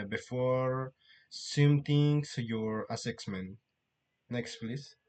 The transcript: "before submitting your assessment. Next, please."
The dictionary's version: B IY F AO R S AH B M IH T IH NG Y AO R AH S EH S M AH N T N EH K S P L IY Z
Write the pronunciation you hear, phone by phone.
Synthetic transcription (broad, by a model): B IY F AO R S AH M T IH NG Y AO R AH S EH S M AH N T N EH K S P L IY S